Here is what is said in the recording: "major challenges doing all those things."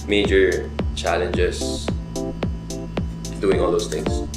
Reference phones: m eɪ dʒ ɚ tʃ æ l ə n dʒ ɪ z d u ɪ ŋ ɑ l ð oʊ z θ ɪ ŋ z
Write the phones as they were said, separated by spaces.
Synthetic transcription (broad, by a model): m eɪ dʒ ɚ tʃ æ l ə n dʒ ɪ s d u ɪ ŋ ɑ l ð oʊ s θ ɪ ŋ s